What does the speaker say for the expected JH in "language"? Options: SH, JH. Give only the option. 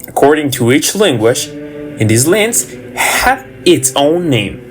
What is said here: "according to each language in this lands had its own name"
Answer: SH